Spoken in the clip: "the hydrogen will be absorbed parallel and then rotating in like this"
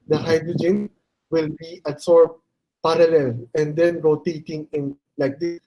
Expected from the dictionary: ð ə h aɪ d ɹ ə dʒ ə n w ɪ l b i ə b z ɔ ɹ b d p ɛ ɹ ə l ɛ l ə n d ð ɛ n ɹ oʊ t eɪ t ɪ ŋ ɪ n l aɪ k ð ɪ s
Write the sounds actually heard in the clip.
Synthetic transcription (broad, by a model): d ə h aɪ d ɹ ə dʒ ə n w ɪ l b i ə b s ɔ ɹ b p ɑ ɹ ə l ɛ l ə n d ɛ n ɹ oʊ t eɪ t ɪ ŋ ɪ n l aɪ k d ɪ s